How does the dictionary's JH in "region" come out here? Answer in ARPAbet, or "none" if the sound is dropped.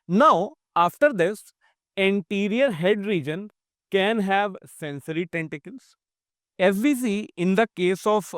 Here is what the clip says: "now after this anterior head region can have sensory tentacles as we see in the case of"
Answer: JH